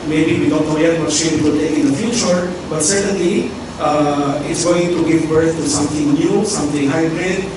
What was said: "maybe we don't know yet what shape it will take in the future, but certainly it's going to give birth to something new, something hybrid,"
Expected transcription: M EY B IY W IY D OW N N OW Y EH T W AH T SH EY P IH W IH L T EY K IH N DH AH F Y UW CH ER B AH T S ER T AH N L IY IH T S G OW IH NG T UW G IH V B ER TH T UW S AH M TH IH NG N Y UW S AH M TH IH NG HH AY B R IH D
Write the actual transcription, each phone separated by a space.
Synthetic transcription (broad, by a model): M EY B IY W IY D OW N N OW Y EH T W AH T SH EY IH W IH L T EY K IH N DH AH F Y UW CH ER B AH T S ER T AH N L IY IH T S G OW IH NG T UW G IH V B ER TH T UW S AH M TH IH NG N Y UW S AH M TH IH NG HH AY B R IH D